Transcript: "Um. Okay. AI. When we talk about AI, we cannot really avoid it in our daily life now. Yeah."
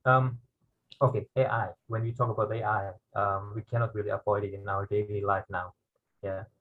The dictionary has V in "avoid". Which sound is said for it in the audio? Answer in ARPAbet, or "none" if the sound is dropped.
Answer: P